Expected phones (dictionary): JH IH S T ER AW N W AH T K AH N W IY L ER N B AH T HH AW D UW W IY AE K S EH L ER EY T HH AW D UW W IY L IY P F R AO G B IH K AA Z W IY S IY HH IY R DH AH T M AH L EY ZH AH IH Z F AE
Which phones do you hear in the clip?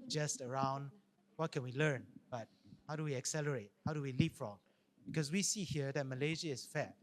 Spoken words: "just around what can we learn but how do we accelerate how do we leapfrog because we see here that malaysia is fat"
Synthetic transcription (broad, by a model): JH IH S T ER AW N W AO T K AH N W IY L ER N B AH T HH AW D UW W IY AE K S EH L ER EY T HH AW D UW W IY L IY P F R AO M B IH K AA S W IY S IY HH IY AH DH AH T M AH L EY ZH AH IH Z F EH